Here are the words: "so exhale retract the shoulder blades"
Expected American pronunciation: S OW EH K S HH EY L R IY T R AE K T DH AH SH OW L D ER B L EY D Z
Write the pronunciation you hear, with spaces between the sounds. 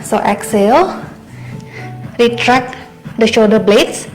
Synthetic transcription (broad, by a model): S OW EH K S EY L R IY T R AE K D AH SH OW D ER B L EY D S